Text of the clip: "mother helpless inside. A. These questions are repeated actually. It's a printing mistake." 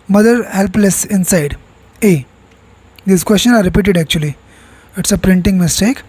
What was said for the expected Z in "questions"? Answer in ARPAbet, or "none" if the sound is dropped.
none